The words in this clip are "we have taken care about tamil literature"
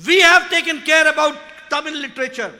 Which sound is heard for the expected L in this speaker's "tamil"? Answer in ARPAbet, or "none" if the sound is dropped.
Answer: N